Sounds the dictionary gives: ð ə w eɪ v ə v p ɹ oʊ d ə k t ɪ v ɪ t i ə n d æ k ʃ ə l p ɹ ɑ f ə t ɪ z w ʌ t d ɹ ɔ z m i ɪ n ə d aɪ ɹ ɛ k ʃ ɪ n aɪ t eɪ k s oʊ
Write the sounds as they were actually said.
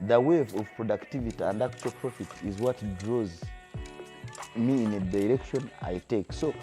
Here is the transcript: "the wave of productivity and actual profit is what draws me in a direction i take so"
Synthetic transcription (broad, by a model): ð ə w eɪ v ə v p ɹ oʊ d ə k t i v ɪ t i ə n d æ k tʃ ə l p ɹ ɑ f ə t ɪ z w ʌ t d ɹ ɔ z m i ɪ n ə d aɪ ɹ ɛ k ʃ ɪ n aɪ t eɪ k s oʊ